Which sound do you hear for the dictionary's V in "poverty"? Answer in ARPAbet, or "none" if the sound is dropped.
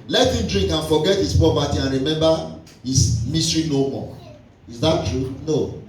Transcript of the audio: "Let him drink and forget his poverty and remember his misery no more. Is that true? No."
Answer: P